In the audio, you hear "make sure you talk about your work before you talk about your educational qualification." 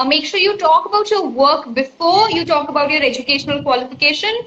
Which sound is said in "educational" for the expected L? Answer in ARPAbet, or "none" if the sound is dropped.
L